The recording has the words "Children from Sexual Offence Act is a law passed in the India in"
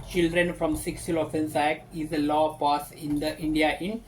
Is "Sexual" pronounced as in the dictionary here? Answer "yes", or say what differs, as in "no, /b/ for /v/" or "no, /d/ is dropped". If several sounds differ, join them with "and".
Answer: no, /s/ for /ʃ/